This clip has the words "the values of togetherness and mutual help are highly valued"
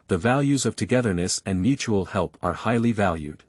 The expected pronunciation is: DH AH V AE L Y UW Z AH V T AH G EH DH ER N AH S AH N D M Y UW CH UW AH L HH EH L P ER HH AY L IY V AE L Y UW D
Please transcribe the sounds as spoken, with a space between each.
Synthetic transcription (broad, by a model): DH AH V AE L Y UW Z AH V T AH G EH DH ER N AH S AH N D M Y UW CH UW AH L HH EH L P ER HH AY L IY V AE L Y UW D